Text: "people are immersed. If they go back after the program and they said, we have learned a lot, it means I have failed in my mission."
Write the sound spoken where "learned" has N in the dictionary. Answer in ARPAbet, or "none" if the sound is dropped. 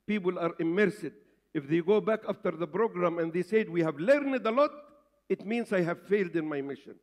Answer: N